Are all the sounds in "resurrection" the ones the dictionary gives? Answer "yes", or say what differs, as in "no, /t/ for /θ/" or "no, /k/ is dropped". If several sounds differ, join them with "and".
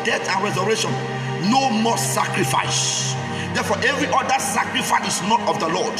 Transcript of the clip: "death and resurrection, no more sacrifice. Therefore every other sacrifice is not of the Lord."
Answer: no, /k/ is dropped